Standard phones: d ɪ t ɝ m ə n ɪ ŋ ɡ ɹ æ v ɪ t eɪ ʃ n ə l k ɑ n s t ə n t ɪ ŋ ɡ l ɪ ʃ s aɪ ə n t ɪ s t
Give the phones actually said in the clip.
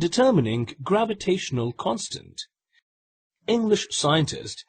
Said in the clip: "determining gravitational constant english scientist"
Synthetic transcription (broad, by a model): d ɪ t ɝ m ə n ɪ ŋ ɡ ɹ æ v ɪ t eɪ ʃ n ə l k ɑ n s t ə n t ɪ ŋ ɡ l ɪ ʃ s aɪ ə n t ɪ s t